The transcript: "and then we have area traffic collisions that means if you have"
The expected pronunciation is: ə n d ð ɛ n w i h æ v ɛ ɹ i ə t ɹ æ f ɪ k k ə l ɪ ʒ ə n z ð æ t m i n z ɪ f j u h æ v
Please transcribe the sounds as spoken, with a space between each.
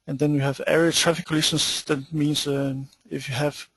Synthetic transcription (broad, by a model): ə n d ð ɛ n w i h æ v ɛ ɹ i ə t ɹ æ f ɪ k k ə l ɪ ʃ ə n s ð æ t m i n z ɪ f j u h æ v